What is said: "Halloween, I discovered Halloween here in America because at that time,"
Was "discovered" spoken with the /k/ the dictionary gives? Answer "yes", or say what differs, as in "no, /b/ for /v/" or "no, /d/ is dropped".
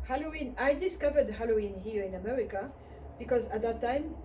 yes